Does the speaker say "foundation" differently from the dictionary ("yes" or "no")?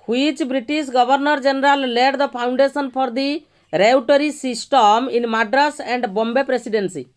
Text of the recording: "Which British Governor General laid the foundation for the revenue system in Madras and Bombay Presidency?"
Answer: yes